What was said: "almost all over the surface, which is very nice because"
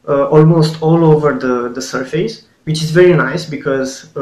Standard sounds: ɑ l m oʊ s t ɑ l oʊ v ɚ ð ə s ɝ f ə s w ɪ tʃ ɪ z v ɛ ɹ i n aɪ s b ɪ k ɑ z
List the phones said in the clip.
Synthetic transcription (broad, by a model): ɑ l m oʊ s t ɑ l oʊ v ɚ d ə s ɝ f ə s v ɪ tʃ ɪ z v ɛ ɹ i n aɪ s b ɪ k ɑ z